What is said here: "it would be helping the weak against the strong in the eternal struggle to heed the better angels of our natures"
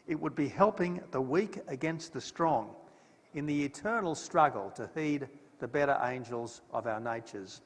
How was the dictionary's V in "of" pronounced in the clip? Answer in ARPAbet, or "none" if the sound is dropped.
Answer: V